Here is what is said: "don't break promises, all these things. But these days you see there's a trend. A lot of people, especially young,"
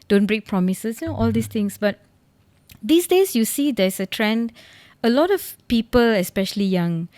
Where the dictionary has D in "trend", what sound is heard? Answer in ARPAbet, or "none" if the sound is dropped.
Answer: D